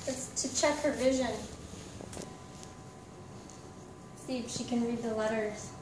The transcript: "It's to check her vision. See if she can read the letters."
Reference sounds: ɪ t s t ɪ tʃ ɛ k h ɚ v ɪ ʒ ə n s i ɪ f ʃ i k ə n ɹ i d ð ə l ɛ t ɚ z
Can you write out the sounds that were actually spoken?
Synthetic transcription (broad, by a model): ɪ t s t ɪ tʃ ɛ k h ɚ v ɪ ʒ ə n s i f ʃ i k ə n ɹ i d ð ə l ɛ t ɚ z